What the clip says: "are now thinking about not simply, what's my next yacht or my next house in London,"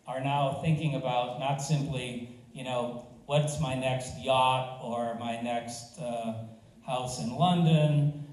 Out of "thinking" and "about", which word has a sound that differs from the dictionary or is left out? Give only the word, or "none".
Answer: none